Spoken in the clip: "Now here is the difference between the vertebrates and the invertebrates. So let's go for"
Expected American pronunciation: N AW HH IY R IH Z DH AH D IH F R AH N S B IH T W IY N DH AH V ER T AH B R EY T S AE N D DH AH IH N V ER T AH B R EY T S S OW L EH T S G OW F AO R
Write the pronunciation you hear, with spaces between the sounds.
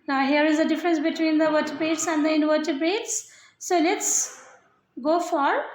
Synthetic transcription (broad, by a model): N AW HH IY R IH Z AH D IH F R AH N S B IH T W IY N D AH V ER T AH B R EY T S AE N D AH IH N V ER T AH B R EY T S S OW L EH T S G OW F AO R